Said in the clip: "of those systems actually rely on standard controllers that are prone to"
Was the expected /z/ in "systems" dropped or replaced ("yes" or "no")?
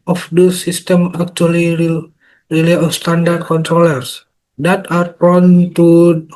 yes